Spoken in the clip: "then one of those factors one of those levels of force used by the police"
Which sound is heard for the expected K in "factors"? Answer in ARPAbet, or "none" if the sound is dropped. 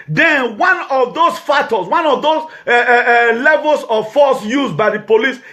none